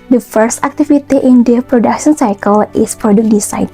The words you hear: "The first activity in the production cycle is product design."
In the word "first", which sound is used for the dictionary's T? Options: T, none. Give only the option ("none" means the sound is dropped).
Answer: T